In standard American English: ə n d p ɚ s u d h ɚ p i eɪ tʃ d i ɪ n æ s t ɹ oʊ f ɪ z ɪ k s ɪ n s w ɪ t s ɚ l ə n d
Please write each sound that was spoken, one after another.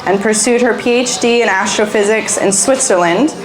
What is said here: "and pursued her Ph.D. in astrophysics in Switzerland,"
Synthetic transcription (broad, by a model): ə n p ɚ s u d h ɚ p i eɪ tʃ d i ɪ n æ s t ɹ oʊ f ɪ z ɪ k s ɪ n s w ɪ t s ɚ l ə n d